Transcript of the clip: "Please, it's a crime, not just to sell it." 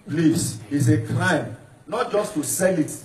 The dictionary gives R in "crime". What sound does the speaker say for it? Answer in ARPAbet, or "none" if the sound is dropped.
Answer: L